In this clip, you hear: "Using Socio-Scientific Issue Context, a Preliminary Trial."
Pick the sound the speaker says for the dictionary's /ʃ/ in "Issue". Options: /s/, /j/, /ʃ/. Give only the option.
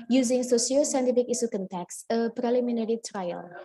/s/